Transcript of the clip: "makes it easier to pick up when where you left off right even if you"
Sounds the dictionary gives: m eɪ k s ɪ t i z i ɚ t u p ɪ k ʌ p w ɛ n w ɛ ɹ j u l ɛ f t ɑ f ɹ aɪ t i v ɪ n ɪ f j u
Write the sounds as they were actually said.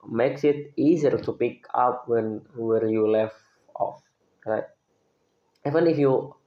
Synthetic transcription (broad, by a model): m eɪ k s ɪ t i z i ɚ t u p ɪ k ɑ p w ɛ n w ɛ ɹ j u l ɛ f ɑ f ɹ aɪ t i v ɪ n ɪ f j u